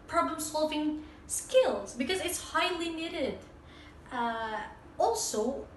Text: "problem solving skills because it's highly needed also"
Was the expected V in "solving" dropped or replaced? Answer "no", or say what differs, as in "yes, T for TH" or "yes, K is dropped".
no